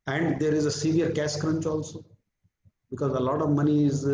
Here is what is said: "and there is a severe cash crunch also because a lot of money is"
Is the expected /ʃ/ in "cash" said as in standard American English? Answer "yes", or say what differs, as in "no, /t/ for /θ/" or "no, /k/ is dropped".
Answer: no, /s/ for /ʃ/